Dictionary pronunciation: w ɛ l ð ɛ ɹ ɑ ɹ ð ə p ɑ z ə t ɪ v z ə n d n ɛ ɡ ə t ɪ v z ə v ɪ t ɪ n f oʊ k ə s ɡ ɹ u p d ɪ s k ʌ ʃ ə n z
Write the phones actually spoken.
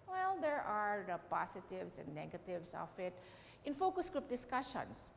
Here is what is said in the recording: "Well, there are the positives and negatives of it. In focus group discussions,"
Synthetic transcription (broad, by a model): w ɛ l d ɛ ɹ ɑ ɹ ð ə p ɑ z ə t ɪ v s ə n d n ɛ ɡ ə t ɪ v s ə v ɪ t ɪ n f oʊ k ə s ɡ ɹ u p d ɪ s k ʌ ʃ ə n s